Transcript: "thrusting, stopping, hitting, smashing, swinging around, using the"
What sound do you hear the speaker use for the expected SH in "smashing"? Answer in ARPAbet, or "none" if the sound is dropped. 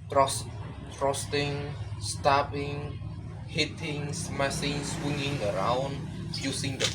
S